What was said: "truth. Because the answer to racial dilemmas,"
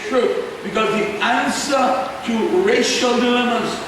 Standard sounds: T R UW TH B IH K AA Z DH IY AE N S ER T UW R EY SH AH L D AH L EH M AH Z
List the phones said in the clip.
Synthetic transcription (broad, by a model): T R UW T B IH K AA Z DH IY AE N S ER T UW R EY SH AH L D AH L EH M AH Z